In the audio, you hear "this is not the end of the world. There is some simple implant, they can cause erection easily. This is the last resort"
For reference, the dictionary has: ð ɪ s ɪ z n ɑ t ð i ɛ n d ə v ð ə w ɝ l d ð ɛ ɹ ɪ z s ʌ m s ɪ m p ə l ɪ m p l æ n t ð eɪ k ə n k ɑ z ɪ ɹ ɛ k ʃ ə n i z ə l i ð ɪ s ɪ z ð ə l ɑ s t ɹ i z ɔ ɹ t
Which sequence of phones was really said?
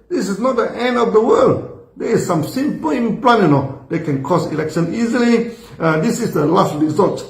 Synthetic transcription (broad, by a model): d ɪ s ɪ s n ɑ t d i ɛ n d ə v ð ə w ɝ l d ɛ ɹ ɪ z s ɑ m s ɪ m p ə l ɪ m p l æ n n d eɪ k ə n k ɑ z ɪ l ɛ k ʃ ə n i z ə l i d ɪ s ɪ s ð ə l ɑ s t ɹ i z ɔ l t